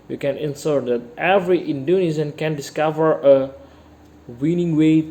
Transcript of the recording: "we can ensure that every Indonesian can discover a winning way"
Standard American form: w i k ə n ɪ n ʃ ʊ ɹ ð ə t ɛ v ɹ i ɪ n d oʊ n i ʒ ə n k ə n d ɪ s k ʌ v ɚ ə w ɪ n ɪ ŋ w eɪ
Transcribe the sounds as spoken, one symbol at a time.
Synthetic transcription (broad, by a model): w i k ə n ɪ n s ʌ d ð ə t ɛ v ɹ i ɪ n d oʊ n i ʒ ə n k ə n d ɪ s k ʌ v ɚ ə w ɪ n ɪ ŋ w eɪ